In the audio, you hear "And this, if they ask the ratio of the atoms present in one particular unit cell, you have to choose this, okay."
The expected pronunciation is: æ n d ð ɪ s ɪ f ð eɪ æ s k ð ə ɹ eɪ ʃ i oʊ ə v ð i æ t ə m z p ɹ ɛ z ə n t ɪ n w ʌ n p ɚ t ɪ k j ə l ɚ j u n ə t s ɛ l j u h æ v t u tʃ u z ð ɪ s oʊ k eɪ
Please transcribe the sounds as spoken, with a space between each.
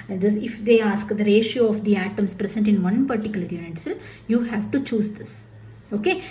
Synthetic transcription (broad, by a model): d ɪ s ɪ f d eɪ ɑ s k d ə ɹ eɪ ʃ i oʊ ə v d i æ t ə m s p ɹ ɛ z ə n t ɪ n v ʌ n p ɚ t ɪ k j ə l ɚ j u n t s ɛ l j u h æ v t u tʃ u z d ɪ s oʊ k eɪ